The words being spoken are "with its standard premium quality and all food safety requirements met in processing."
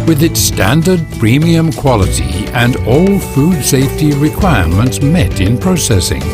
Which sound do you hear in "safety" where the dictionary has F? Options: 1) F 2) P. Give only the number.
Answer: 1